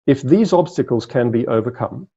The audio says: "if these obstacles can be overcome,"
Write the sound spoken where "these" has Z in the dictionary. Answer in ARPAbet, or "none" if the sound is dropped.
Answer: Z